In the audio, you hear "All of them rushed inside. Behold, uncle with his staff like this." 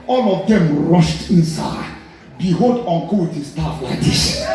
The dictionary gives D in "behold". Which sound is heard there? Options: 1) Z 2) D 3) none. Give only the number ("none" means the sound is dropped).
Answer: 2